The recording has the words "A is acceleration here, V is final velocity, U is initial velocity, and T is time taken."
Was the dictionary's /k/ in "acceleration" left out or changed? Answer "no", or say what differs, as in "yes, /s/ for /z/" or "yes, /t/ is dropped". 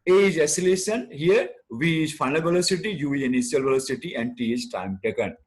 yes, /k/ is dropped